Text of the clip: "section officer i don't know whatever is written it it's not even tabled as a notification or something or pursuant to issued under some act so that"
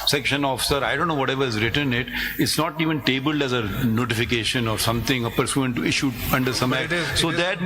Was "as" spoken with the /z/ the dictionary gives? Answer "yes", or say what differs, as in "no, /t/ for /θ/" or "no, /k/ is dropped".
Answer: yes